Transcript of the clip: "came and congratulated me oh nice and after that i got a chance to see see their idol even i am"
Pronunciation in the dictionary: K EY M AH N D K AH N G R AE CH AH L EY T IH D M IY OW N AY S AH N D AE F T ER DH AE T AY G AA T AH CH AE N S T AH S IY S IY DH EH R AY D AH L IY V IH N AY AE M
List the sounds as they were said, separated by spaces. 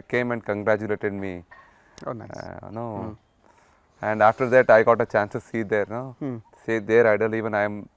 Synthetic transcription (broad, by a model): K EY M AH N D K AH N G R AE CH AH L EY T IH D M IY OW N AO AH N D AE F T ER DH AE T AY G AA T AH CH AE N S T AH S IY S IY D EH R AY D AH L IY V IH N AY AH M